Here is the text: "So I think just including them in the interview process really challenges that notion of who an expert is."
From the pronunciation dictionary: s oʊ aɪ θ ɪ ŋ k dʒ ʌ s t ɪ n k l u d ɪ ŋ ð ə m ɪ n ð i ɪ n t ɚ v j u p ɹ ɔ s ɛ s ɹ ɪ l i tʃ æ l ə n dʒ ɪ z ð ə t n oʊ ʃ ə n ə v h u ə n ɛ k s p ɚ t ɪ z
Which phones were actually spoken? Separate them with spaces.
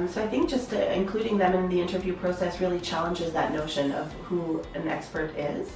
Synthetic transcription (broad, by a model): s oʊ aɪ θ ɪ ŋ k dʒ ʌ s t ɪ n k l u d ɪ ŋ ð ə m ɪ n ð i ɪ n t ɚ v j u p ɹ ɔ s ɛ s ɹ ɪ l i tʃ æ l ə n dʒ ɪ z ð ə t n oʊ ʃ ə n ə v h u ə n ɛ k s p ɚ t ɪ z